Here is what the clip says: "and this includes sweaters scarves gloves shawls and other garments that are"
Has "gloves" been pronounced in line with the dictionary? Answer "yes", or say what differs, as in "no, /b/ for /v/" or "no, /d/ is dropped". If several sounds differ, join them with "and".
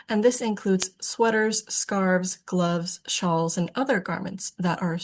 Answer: yes